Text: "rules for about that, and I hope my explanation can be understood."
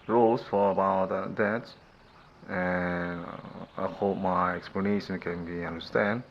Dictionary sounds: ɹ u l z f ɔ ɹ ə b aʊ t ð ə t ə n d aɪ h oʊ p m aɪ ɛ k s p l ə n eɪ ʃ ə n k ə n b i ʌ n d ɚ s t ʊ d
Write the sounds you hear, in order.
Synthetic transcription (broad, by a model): ɹ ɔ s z f ɔ ɹ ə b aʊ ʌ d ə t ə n aɪ h oʊ p m aɪ ɛ k s p l ə n eɪ ʃ ə n k ə n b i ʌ n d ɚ s t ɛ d